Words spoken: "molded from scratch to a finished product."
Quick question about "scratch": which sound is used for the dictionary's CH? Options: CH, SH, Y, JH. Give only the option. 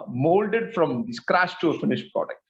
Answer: SH